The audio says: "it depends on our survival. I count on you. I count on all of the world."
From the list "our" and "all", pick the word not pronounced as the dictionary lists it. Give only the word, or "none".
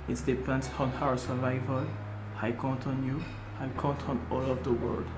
our